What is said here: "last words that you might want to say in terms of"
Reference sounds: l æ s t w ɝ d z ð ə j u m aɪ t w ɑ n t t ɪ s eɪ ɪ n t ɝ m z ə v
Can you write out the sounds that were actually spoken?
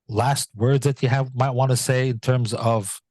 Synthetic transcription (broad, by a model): l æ s t w ɝ d z ð ə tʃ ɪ m aɪ t w ɑ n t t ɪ s eɪ ɪ n t ɝ m z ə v